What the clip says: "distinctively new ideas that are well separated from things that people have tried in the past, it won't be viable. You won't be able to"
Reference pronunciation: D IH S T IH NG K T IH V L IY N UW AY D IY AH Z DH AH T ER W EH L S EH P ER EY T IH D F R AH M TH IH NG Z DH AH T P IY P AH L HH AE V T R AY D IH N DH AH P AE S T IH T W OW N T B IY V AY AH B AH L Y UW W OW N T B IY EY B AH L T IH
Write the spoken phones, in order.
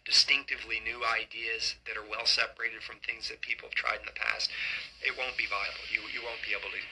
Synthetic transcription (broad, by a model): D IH S T IH NG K T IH V L IY N UW AY D IY AH Z DH AH T ER W EH L S EH P ER EY T IH D F R AH M TH IH NG Z DH AH T P IY P L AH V T R AY D N DH AH P AE S T IH T W OW N B IY V AY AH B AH L Y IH W OW N B IY EY B L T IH